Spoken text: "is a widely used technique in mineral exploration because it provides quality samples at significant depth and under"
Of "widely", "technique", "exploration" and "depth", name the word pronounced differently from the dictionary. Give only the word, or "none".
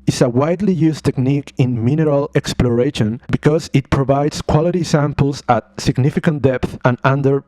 none